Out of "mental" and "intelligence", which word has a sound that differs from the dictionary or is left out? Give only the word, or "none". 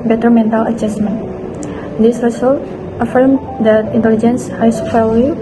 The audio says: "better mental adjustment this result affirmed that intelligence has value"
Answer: none